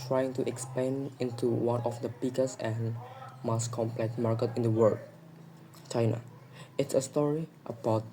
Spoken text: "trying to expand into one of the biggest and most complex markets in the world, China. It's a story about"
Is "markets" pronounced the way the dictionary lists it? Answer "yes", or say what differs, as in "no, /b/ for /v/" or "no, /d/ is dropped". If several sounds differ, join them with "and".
no, /s/ is dropped